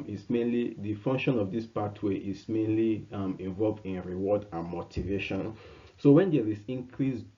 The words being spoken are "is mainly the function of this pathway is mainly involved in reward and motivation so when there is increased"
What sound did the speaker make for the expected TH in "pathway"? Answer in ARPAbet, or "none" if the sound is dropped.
T